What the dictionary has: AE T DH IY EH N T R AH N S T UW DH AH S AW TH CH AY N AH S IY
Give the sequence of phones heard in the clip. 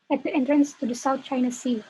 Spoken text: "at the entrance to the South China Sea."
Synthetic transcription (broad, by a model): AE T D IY EH N T R AH N S T UW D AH S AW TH CH AY N AH S IY